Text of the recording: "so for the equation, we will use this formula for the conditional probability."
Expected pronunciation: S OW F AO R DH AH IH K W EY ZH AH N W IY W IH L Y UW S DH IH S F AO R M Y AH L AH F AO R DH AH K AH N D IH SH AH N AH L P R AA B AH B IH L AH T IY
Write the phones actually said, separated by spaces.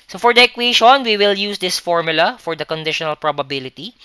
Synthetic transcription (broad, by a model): S OW F AO R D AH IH K W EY SH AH N W IY W IH L Y UW S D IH S F AO R M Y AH L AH F AO R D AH K AH N D IH SH AH N AH L P R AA B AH B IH L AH T IY